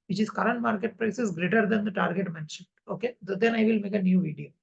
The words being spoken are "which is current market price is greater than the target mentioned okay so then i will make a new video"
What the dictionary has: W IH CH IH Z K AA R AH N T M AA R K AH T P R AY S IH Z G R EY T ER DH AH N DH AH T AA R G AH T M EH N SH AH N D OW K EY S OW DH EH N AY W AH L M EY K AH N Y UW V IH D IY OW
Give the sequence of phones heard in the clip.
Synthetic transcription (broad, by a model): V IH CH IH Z K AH R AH N T M AA R K AH T P R AY S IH S G R EY T ER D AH N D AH T AA R G AH T M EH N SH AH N OW K EY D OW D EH N AY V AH L M EY K AH N Y UW V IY D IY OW